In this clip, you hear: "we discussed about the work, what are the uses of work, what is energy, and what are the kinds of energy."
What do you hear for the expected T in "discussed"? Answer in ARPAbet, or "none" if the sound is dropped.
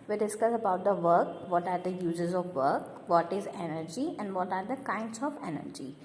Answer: none